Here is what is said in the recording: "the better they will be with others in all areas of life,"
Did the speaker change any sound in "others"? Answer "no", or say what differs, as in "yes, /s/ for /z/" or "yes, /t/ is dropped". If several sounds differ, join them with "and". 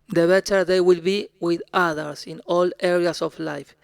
yes, /s/ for /z/